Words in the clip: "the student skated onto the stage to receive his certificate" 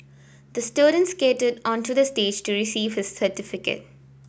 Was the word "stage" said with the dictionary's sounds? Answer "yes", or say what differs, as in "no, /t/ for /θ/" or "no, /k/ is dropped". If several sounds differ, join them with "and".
yes